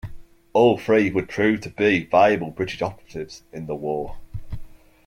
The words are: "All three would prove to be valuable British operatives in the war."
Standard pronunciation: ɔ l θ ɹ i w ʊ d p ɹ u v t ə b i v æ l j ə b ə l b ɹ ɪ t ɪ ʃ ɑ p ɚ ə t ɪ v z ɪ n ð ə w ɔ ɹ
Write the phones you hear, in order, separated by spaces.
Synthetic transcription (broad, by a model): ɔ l f ɹ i w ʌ d p ɹ u v t ə b i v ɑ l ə b ə l b ɹ ɪ t ɪ ʃ ɑ p ɚ ə t ɪ v z ɪ n ð ə w ɔ